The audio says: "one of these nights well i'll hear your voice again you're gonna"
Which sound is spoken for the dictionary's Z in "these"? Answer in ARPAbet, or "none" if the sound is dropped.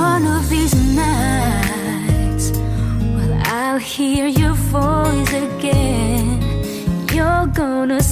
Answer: Z